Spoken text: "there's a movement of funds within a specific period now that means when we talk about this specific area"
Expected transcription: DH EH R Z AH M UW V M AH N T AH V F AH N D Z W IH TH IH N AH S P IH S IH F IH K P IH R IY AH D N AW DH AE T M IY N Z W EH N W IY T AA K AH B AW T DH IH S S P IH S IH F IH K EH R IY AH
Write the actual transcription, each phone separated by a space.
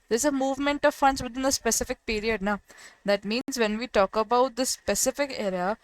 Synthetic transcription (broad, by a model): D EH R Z AH M UW V M AH N T AH V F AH N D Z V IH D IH N AH S P IH S IH F IH K P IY R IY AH D N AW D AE T M IY N Z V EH N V IY T AA K AH B AW T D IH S S P IH S IH F IH K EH R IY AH